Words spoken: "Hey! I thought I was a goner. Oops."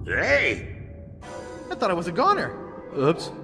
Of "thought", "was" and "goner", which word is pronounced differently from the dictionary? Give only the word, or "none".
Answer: none